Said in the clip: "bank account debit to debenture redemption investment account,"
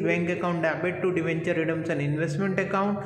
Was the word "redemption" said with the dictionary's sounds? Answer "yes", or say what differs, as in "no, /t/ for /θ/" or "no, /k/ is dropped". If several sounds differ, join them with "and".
no, /s/ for /ʃ/